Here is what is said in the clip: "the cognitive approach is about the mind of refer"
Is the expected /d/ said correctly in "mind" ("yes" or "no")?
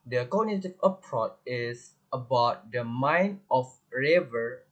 no